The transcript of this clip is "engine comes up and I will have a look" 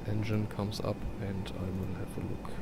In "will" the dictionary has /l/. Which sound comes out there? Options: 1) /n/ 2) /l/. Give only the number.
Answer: 1